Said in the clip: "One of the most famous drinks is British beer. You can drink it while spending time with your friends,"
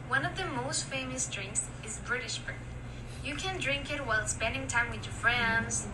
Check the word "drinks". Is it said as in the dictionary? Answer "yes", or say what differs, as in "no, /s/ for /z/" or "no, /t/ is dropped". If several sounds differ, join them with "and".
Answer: yes